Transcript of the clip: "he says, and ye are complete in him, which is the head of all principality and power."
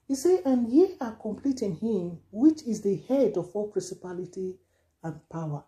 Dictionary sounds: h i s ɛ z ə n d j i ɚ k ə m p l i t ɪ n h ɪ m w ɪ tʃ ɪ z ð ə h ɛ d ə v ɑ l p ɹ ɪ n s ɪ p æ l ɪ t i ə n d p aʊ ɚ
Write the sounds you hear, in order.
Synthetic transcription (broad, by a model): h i s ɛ ə n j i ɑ k ə m p l i t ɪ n h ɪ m w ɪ tʃ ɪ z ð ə h ɛ d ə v ɑ l p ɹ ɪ n s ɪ p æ l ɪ t i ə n p aʊ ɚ